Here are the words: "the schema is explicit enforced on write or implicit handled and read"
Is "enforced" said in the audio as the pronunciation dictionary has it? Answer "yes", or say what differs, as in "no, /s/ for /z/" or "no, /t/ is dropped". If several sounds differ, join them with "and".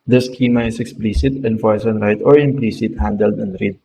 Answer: no, /t/ is dropped